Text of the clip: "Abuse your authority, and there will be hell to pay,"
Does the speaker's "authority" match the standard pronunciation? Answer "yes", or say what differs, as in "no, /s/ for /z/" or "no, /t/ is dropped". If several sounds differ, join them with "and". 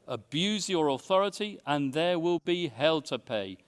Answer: yes